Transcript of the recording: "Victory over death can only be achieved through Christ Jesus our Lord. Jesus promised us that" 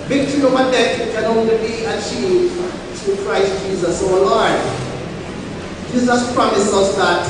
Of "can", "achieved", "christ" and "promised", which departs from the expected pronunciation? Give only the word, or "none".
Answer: promised